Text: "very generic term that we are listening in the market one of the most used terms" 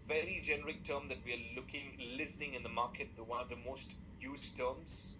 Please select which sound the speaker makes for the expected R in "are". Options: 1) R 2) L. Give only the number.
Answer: 2